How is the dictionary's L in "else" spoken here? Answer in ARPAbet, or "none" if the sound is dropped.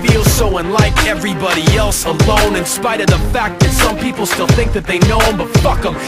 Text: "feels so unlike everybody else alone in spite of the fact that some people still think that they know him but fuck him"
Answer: L